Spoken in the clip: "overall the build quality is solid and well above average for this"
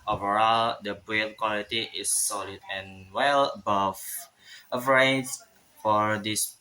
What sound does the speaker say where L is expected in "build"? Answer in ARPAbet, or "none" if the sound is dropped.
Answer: none